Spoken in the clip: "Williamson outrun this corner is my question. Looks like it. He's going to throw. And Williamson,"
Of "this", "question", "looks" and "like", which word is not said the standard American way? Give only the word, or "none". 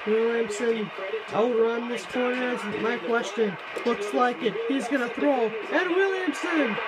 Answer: none